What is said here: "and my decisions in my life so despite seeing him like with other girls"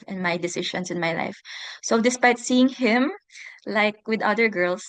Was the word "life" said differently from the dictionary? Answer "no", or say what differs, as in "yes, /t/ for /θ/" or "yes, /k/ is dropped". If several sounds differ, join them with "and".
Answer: no